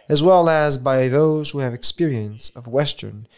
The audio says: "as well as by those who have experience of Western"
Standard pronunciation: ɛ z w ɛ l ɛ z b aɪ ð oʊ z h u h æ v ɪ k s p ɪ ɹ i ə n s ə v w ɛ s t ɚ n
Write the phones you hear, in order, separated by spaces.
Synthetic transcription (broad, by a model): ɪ z w ɛ l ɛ z b aɪ ð oʊ z h u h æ v ɪ k s p ɪ ɹ i ə n s ə v w ɛ s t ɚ n